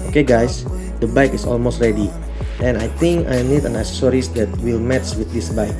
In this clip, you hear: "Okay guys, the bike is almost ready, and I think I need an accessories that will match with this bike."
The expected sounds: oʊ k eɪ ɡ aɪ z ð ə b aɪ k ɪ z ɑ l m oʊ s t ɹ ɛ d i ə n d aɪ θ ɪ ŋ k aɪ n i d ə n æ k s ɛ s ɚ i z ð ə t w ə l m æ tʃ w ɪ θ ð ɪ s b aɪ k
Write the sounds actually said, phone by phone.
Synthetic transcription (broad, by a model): oʊ k eɪ ɡ aɪ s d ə b aɪ k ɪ s ɑ l m oʊ s t ɹ ɛ d i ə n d aɪ t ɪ ŋ k aɪ n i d ə n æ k s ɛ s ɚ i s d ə t w ə l m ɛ s w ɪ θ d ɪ s b aɪ k